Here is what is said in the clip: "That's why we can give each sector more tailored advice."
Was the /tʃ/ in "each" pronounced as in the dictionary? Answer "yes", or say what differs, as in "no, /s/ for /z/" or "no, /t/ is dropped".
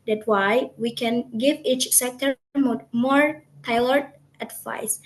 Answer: yes